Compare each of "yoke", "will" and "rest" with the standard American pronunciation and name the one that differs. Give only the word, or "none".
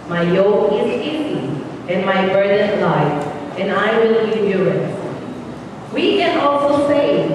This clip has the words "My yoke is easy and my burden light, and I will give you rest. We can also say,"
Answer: rest